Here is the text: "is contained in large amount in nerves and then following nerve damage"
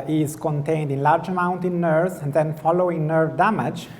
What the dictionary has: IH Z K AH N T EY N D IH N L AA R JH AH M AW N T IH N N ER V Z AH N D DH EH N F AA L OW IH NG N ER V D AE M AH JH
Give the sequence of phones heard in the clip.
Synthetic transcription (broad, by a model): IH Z K AH N T EY N D IH N L AA R JH AH M AW N T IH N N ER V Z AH N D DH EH N F AA L OW IH NG N ER V D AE M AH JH